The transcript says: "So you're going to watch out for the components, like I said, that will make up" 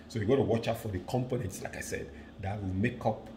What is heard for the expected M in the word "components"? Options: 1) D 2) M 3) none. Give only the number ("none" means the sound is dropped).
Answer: 2